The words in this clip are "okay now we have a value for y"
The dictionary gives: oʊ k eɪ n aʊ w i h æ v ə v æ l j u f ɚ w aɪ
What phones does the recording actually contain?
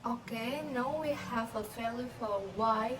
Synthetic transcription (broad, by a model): oʊ k eɪ n aʊ w i h æ v ə f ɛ l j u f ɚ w aɪ